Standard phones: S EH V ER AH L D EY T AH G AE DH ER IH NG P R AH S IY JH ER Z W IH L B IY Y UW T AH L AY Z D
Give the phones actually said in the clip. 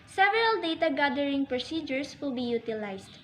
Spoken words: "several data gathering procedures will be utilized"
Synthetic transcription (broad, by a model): S EH V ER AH L D EY T AH G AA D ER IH NG P R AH S IY JH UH S W IH L B IY Y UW T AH L AY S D